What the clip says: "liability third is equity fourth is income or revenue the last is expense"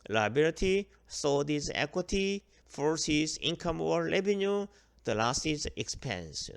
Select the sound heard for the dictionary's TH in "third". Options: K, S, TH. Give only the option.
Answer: S